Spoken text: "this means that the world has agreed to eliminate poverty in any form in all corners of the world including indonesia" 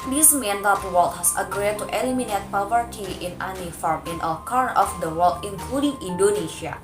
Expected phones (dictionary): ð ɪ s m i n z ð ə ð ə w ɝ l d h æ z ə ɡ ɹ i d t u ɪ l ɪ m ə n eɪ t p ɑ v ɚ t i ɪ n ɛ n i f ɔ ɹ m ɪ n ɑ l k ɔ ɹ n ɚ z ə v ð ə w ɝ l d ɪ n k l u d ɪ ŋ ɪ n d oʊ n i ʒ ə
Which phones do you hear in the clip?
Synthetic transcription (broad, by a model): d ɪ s m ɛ n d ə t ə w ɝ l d h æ s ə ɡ ɹ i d t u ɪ l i m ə n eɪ t p ɑ v ɚ t i ɪ n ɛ n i f ɔ ɹ m ɪ n ɑ l k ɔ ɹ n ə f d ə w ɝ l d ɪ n k l u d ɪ ŋ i n d oʊ n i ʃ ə